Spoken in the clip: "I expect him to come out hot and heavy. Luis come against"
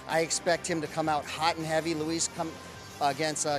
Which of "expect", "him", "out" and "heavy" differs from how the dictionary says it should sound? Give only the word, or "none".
none